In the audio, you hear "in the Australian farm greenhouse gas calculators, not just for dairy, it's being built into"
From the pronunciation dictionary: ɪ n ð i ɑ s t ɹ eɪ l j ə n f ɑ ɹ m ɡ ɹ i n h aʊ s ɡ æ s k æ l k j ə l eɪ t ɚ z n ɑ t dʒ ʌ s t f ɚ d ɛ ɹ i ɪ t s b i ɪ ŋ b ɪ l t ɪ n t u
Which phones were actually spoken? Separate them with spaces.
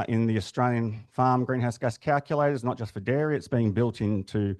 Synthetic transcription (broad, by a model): ɪ n ð i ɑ s t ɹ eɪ l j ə n f ɑ ɹ m ɡ ɹ i n h aʊ s ɡ æ s k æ l k j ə l eɪ t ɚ z n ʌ t dʒ ʌ s t f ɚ d ɛ ɹ i ɪ t s b i ɪ ŋ b ɪ l t ɪ n t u